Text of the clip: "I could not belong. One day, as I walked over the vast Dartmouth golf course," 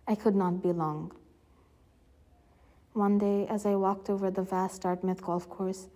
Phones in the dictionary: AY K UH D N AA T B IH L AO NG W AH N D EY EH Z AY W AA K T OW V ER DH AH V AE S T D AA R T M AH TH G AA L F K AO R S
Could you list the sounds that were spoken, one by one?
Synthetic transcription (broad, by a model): AY K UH D N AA T B IH L AO NG W AH N D EY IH Z AY W AA K T OW V ER DH AH V AE S T AA R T M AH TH G AA L F K AO R S